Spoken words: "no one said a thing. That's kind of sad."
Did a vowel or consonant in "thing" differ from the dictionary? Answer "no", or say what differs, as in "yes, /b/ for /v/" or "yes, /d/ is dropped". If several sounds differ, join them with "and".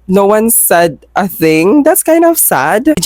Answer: no